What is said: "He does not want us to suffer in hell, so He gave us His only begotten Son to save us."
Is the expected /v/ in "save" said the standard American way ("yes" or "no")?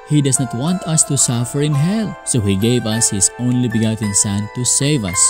yes